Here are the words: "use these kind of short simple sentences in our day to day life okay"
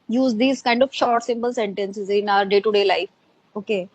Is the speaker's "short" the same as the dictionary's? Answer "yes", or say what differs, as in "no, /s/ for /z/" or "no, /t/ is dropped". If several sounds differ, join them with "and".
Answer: yes